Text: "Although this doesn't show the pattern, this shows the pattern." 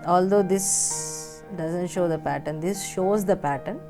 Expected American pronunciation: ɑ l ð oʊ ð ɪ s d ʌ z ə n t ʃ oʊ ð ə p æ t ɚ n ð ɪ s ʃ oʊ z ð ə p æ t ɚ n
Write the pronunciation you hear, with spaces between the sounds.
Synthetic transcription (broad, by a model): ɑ l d oʊ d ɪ s d ʌ z ə n t ʃ oʊ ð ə p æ t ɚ n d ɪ s ʃ oʊ z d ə p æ t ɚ n